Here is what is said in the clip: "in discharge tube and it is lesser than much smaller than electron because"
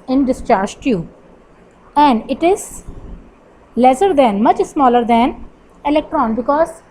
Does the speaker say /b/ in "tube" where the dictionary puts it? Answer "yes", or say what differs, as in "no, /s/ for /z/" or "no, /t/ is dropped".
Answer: no, /b/ is dropped